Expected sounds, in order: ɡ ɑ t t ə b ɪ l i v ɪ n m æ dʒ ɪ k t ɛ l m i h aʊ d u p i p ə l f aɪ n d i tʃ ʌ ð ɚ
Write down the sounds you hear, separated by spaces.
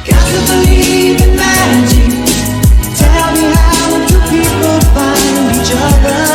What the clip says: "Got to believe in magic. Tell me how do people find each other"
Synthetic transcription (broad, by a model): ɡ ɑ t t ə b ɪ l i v ɪ n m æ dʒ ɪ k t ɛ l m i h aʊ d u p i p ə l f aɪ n i tʃ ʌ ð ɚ